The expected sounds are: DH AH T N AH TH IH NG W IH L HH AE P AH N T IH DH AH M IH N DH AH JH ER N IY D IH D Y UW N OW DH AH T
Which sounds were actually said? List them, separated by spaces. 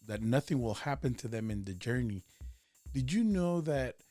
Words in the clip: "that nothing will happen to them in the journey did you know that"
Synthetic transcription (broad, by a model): DH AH T N AH TH IH NG W IH L HH AE P AH N T IH DH AH M IH N DH AH JH ER N IY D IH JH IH N OW DH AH T